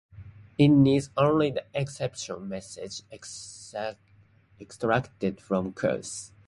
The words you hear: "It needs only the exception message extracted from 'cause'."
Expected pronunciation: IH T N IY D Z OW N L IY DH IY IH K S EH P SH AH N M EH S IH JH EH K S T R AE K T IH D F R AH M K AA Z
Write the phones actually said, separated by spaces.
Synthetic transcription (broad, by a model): IH T N IY D Z OW N L IY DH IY IH K S EH P SH AH N M EH S IH JH EH K S T R AE K T IH D F R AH M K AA S